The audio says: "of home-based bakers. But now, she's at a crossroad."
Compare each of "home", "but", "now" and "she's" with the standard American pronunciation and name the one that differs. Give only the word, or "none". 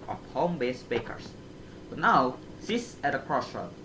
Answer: she's